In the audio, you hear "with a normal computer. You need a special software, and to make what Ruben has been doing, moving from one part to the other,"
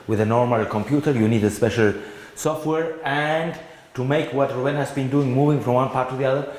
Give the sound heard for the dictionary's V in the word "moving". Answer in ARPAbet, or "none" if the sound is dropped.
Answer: V